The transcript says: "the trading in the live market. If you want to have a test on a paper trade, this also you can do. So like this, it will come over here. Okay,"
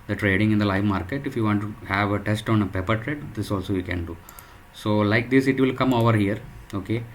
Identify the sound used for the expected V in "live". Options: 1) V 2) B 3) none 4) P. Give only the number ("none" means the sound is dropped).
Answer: 1